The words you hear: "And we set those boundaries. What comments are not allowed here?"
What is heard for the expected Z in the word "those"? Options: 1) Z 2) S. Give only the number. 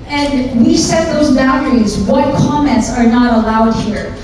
1